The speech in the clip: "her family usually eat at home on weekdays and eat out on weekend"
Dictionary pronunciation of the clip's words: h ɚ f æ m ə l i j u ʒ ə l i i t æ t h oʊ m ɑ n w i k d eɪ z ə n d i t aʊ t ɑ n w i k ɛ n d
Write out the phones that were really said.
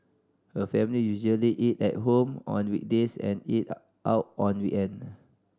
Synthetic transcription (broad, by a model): h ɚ f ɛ m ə l i j u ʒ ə l i i t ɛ t h oʊ m ɑ n w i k d eɪ s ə n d i t aʊ t ɑ n w i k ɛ n